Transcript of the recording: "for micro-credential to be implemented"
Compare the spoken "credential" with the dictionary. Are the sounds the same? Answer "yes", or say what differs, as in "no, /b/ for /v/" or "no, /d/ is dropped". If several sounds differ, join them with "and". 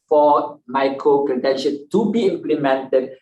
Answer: no, /n/ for /l/